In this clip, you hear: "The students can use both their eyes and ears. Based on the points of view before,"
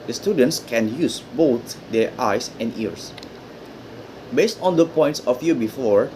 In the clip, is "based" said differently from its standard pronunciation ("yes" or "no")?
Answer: no